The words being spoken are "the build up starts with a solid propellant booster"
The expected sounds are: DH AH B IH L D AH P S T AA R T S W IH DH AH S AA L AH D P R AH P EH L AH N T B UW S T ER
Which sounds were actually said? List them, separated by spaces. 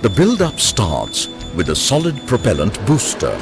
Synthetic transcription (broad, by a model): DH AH B IH L D AH P S T AA R T S W IH DH AH S AA L AH D P R AH P EH L AH N T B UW S T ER